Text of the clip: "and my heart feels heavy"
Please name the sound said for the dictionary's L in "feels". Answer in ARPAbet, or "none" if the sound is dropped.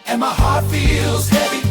L